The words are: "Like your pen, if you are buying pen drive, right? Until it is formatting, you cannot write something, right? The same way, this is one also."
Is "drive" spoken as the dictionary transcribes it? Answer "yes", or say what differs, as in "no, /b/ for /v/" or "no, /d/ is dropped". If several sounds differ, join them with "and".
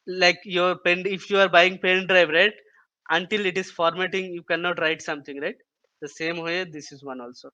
yes